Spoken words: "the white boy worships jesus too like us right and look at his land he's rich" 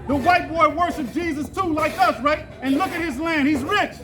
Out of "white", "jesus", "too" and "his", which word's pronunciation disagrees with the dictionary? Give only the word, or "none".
none